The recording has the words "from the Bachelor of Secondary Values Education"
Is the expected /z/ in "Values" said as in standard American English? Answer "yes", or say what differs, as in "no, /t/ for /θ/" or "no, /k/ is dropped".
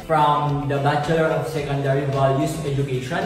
no, /s/ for /z/